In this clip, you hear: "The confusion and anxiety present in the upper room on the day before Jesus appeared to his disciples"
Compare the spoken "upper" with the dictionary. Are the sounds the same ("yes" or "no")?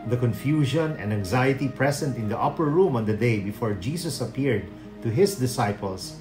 yes